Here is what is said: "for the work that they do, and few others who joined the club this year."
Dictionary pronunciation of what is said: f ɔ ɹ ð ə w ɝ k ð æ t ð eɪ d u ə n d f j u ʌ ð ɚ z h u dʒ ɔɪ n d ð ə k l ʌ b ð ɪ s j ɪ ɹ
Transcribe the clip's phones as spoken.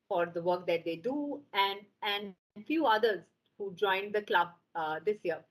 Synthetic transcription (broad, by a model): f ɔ ɹ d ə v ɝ k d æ t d eɪ d u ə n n f j u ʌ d ɚ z h u dʒ ɔɪ n d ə k l ʌ b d ɪ s j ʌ ɹ